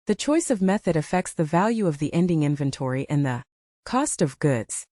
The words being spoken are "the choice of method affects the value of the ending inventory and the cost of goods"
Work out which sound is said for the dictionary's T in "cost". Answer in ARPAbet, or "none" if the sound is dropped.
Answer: T